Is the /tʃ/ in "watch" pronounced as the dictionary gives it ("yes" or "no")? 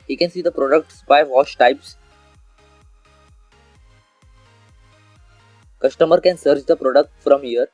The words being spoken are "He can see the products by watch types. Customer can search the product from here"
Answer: no